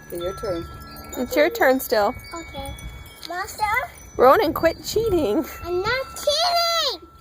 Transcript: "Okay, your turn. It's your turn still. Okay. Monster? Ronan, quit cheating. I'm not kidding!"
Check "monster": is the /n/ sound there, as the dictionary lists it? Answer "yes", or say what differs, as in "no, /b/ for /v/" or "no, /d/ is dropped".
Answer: no, /n/ is dropped